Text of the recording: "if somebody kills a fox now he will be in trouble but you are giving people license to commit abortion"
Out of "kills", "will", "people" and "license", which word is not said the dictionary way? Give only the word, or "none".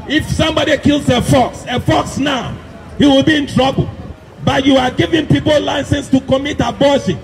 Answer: kills